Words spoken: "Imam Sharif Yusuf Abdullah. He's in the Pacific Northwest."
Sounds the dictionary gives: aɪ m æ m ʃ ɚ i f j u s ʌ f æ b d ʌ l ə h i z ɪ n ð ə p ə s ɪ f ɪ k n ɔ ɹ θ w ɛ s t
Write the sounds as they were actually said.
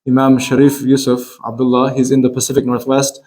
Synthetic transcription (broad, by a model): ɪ m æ m ʃ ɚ i f j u s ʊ f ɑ b d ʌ l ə h i z ɪ n ð ə p ə s ɪ f ɪ k n ɔ ɹ θ w ɛ s t